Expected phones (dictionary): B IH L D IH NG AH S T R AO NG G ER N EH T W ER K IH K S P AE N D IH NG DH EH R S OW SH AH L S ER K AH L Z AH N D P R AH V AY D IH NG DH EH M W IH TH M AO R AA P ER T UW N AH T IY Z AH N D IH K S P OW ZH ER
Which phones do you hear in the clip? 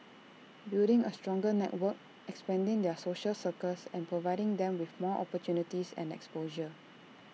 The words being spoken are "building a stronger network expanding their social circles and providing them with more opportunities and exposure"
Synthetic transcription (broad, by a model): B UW D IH NG AH S T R AO NG G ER N EH T W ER K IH K S P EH N D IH NG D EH S OW SH AH L S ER K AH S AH N P R AH V AY D IH NG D EH M W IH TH M AO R AA P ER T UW N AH T IY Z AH N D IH K S P OW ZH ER